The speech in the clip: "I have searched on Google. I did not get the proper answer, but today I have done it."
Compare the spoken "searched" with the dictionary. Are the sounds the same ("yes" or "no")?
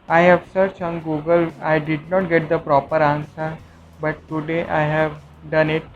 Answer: no